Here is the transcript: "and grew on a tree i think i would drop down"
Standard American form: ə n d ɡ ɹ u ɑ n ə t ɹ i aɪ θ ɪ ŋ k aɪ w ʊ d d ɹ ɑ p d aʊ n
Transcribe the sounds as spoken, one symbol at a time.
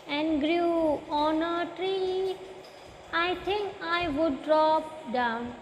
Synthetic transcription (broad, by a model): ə n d ɡ ɹ u ɑ n ə t ɹ i aɪ t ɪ ŋ k aɪ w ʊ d d ɹ ɑ p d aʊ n